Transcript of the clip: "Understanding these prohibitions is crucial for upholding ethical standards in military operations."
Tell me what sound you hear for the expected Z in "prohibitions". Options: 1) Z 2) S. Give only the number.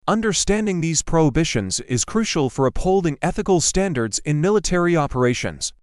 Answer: 1